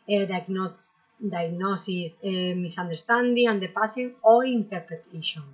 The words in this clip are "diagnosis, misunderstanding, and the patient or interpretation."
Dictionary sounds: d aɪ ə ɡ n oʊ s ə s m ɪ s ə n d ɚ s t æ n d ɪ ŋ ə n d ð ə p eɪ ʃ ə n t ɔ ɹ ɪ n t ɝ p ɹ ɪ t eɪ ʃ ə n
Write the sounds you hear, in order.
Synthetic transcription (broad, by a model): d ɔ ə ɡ n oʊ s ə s m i s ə n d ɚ s t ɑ n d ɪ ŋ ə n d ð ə p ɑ s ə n ɔ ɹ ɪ n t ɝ p ɹ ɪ t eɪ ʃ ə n